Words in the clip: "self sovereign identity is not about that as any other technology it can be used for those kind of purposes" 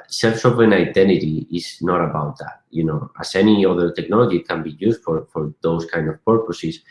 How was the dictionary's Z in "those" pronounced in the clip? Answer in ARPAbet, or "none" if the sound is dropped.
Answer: S